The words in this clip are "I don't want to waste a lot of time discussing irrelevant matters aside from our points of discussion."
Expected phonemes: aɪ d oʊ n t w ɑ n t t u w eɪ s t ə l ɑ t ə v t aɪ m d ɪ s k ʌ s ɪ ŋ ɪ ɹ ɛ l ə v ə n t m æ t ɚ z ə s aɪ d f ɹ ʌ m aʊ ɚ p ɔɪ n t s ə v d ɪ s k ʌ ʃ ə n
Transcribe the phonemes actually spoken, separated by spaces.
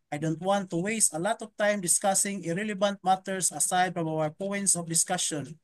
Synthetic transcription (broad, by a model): aɪ d oʊ n t w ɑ n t t u w eɪ s t ə l ɑ t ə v t aɪ m d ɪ s k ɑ s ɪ ŋ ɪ ɹ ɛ l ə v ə n t m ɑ t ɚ s ə s aɪ d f ɹ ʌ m aʊ ɚ p ɔɪ n t s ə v d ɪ s k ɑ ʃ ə n